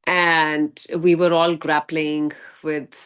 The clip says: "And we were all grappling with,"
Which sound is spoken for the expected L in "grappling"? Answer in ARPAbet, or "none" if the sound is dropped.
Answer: L